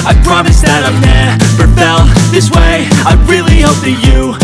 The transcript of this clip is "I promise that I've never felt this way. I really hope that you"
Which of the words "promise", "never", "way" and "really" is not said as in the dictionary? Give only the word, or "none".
never